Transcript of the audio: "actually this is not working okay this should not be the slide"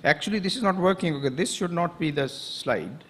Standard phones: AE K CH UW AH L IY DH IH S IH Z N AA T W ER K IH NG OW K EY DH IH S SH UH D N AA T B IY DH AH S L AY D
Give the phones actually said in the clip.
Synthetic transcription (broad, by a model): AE K CH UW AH L IY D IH S IH Z N AA T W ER K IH NG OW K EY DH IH S SH UH D N AA T B IY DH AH S L AY D